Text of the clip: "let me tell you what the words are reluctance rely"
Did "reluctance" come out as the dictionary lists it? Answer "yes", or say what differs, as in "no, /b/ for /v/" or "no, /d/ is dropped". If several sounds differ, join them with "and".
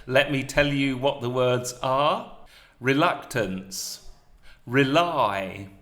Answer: yes